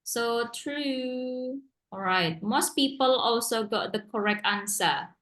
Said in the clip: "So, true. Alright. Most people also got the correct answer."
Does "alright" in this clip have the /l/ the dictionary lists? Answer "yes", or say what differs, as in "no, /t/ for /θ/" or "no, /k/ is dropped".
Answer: no, /l/ is dropped